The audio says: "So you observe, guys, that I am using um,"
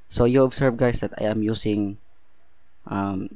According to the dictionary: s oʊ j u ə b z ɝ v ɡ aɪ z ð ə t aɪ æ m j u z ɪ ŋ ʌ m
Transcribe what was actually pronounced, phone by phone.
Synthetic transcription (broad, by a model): s oʊ j u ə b s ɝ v ɡ aɪ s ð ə t aɪ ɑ m j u s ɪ ŋ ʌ m